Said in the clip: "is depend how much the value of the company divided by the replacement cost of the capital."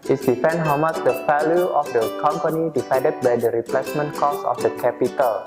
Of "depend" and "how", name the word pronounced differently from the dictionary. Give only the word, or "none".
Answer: depend